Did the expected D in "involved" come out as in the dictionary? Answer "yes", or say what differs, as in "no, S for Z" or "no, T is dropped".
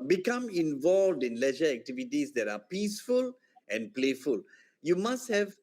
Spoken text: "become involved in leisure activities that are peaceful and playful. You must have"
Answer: yes